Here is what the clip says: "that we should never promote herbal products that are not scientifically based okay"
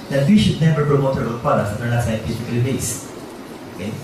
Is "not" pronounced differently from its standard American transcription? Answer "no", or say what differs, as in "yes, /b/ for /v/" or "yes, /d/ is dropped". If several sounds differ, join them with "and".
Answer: yes, /l/ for /n/